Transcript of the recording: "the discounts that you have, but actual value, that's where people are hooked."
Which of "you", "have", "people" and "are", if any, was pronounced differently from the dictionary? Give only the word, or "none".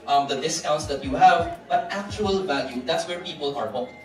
none